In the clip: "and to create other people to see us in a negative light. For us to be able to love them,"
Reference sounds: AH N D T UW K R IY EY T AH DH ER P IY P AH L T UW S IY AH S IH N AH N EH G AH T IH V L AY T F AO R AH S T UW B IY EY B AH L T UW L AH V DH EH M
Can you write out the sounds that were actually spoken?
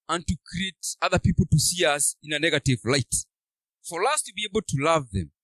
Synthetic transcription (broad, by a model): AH N T UW K R IY EY T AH DH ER P IY P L T UW S IY AH S IH N AH N EH G AH T IH V L AY T F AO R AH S T UW B IY EY B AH L T UW L AH V DH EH M